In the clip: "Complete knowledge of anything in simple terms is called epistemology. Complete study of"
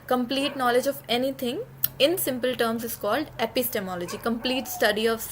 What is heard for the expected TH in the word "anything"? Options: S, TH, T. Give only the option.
T